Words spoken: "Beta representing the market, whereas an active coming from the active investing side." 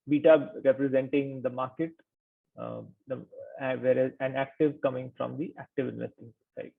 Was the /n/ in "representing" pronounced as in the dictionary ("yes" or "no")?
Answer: yes